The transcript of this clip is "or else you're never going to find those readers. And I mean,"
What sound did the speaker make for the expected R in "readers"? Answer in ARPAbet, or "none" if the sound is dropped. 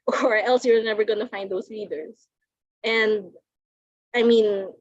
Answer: L